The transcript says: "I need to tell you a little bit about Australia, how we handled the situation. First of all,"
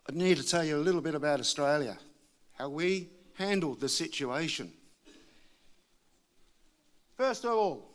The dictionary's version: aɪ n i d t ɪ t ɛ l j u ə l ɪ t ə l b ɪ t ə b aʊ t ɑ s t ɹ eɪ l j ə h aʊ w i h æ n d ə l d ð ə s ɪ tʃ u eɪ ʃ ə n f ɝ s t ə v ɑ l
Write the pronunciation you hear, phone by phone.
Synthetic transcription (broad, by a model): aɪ n i d t ɪ t ɛ l j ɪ ə l ɪ t l b ɪ t ə b aʊ t ɑ s t ɹ eɪ l j ə h aʊ w i h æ n d l d ð ə s ɪ tʃ u eɪ ʃ ə n f ɝ s t ə v ɑ l